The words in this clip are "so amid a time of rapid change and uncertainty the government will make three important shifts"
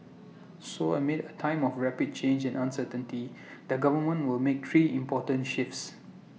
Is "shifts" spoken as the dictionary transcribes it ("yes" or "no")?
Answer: yes